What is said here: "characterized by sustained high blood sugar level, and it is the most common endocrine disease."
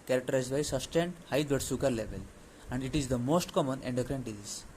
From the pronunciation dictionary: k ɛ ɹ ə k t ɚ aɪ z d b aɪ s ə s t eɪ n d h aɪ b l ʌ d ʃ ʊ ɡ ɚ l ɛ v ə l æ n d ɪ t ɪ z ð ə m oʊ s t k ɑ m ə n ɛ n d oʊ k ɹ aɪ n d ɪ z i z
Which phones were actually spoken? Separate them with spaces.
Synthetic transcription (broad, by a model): k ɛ ɹ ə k t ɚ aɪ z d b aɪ s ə s t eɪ n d h aɪ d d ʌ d s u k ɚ l ɛ v ə l æ n d ɪ t ɪ z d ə m oʊ s t k ɑ m ə n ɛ n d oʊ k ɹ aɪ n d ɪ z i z